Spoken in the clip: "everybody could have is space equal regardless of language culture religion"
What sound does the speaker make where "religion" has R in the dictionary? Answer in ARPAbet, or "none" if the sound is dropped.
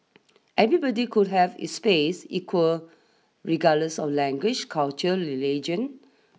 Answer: L